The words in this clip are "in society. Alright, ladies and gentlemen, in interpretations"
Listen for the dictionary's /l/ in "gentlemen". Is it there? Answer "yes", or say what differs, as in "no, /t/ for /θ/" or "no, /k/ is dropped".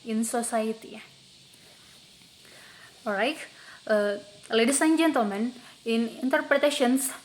no, /l/ is dropped